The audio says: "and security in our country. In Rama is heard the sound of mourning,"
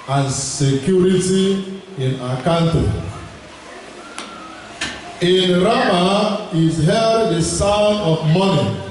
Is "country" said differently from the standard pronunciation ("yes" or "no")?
yes